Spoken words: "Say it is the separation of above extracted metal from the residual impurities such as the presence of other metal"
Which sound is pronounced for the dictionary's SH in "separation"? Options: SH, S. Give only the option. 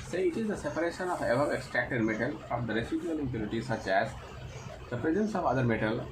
SH